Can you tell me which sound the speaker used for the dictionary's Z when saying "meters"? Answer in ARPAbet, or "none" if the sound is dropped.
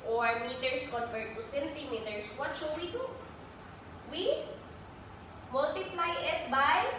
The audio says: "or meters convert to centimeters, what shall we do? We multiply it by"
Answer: S